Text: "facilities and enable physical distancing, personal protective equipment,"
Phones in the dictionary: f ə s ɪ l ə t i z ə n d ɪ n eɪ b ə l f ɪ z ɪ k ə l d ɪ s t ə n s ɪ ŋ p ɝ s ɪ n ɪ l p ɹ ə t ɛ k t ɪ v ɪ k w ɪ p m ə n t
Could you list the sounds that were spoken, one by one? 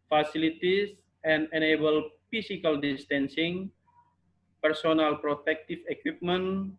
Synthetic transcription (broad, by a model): f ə s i l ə t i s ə n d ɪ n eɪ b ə l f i s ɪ k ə l d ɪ s t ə n s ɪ ŋ p ɝ s ɪ n ɪ l p ɹ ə t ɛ k t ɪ f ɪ k w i p m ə n